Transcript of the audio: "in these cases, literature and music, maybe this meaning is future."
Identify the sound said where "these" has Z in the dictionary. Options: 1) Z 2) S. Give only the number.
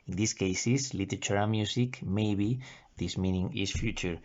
2